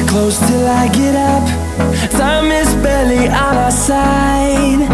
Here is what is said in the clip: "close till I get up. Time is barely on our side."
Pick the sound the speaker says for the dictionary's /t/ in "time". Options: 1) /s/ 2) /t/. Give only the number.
1